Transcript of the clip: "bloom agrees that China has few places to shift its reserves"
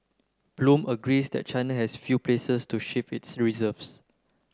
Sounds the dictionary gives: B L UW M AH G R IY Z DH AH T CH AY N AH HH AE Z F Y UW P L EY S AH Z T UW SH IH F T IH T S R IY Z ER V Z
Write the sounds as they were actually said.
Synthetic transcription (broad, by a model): B L UW M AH G R IY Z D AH T CH AY N AH HH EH S F Y UW P L EY S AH S T UW SH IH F IH T S R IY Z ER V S